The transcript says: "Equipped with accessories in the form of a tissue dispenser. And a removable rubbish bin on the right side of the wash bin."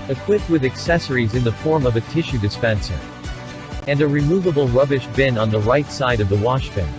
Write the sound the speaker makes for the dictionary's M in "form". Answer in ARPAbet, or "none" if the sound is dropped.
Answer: M